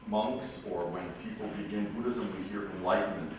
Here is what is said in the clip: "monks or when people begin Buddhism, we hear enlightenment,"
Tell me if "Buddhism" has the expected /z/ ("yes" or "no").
yes